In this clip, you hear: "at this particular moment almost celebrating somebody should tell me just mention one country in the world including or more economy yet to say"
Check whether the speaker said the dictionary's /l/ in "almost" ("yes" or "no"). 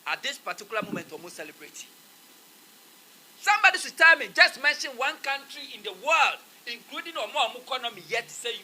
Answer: no